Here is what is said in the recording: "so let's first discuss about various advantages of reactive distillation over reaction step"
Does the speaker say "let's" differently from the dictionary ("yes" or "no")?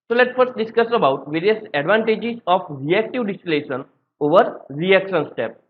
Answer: yes